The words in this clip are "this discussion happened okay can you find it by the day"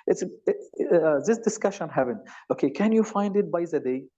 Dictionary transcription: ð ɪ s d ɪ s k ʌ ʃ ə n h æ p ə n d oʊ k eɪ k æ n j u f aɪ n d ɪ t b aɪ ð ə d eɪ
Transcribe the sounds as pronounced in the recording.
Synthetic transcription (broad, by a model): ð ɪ s d ɪ s k ʌ ʃ ə n h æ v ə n oʊ k eɪ k æ n j u f aɪ n d ɪ t b aɪ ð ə d eɪ